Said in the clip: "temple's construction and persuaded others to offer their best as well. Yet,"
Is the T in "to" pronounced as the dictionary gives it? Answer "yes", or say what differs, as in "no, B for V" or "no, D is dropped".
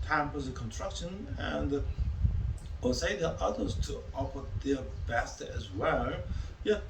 yes